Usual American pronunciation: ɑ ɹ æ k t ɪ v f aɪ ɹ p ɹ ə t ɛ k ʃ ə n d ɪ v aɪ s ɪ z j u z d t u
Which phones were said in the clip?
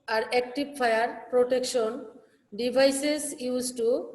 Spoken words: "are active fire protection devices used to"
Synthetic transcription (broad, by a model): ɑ ɹ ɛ k t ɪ b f aɪ ɹ p ɹ ə t ɛ k ʃ ə n d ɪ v aɪ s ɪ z j u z t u